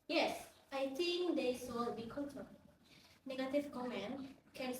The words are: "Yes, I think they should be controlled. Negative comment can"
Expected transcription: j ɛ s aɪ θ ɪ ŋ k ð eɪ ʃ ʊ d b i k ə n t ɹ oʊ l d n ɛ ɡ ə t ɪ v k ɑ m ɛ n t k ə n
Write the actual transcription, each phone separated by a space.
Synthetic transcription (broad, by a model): j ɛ s aɪ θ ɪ ŋ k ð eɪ s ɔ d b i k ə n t oʊ n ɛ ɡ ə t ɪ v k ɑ m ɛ n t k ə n